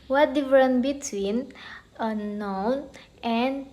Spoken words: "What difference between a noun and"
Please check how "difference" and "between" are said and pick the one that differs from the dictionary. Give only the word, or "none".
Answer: difference